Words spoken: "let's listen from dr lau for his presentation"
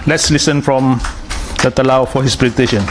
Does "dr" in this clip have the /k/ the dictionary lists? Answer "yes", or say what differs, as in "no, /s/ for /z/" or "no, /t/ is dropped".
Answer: no, /k/ is dropped